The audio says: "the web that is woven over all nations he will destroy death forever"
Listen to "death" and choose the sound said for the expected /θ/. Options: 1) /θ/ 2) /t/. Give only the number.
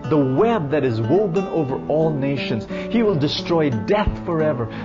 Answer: 1